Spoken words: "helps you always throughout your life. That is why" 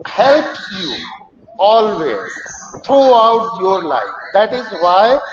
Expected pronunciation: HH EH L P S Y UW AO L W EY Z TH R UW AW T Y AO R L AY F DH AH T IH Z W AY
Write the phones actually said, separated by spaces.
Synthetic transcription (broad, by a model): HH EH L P Y UW AO L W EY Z T R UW AW T Y AO R L AY F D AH T IH Z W AY